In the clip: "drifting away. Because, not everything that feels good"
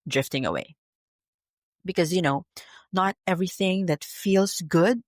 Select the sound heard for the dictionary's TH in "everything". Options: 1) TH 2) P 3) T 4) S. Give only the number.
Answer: 1